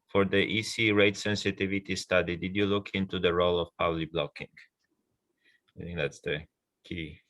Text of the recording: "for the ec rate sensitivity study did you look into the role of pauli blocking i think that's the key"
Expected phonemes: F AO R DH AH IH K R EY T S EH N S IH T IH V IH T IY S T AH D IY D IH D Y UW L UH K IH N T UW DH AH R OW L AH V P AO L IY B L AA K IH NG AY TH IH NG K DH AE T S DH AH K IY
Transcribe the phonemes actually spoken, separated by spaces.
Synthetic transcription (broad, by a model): F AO R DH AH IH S R EY T S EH N S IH T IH V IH T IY S T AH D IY D IH D Y UW L UH K IH N T UW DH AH R OW L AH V P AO L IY B L AA K IH NG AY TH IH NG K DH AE T S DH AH K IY